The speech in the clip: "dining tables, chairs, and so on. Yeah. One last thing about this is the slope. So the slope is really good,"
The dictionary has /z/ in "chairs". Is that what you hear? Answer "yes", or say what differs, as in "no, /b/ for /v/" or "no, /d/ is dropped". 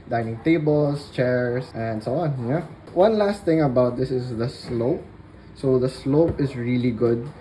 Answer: no, /s/ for /z/